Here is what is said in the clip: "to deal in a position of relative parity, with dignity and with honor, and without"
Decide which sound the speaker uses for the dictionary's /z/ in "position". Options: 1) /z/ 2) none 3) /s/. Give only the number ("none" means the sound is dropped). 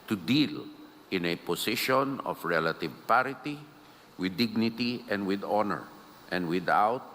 3